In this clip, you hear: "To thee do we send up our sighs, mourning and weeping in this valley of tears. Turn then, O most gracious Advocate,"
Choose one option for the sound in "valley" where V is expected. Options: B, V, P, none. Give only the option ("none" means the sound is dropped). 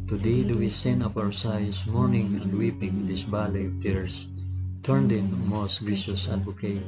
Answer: B